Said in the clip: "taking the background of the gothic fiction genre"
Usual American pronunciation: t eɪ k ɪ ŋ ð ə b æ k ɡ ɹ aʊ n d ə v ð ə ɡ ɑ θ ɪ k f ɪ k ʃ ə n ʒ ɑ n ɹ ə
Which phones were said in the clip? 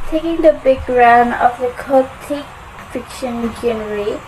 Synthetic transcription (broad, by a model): t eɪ k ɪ ŋ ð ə b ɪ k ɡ ɹ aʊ n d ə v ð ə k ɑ t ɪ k f ɪ k ʃ ə n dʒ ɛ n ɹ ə